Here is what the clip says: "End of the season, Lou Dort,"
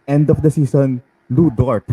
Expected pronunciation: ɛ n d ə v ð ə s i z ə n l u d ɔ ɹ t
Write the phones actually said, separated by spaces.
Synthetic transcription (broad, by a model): ɛ n d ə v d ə s i s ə n l u d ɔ ɹ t